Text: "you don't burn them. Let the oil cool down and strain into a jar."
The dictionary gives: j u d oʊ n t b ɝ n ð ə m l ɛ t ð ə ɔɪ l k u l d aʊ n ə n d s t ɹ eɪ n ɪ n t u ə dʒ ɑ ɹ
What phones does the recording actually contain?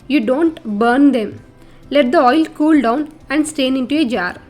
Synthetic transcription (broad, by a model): j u d oʊ n t b ɝ n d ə m l ɛ t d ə ɔɪ l k u l d aʊ n ə n d s t eɪ n ɪ n t u ə dʒ ɑ ɹ